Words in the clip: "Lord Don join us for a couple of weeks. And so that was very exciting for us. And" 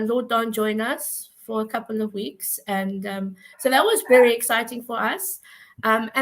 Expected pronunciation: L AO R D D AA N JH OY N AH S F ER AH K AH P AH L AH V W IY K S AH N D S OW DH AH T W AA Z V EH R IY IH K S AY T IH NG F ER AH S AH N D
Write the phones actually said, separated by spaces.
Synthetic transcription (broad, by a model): L AO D D AA N JH OY N AH S F ER AH K AH P AH L AH V W IY K S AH N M S OW DH AH T W AA Z V EH R IY IH K S AY T IH NG F ER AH S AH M